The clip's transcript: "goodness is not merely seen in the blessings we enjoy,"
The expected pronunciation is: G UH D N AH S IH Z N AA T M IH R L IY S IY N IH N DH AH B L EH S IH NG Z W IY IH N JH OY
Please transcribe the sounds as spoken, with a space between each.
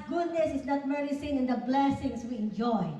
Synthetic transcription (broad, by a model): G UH D N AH S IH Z N AA T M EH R IY S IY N IH N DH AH B L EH S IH NG S W IY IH N JH OY